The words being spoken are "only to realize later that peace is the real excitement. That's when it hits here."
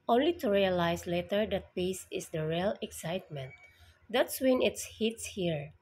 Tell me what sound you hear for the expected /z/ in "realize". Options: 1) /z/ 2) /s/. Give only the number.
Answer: 2